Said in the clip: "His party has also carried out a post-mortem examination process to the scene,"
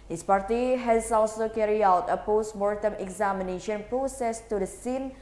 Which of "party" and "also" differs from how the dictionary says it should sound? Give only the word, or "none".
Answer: also